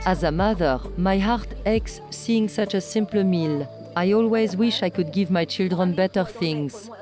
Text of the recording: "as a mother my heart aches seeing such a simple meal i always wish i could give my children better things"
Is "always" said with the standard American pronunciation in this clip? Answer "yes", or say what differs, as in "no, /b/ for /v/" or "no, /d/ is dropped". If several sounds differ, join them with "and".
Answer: yes